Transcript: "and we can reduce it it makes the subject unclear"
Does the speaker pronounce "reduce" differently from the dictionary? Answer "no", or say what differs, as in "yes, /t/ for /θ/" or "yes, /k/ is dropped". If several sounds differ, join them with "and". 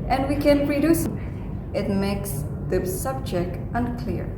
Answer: no